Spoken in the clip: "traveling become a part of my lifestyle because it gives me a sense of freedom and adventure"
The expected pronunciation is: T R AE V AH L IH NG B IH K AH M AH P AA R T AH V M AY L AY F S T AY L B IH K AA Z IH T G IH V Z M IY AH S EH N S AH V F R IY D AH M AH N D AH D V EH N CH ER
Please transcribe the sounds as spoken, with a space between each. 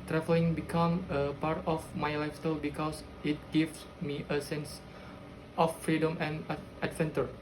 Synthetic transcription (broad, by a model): T R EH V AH L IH NG B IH K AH M AH P AA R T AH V M AY L AY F S T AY L B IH K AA S IH T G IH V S M IY AH S EH N S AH F R IY D AH M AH N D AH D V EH N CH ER